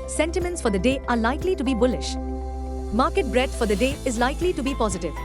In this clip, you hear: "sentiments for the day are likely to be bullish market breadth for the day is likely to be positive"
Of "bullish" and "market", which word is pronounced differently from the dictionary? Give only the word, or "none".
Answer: none